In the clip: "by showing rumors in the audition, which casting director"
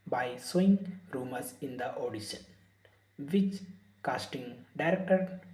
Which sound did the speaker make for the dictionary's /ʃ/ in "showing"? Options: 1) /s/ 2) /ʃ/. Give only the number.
1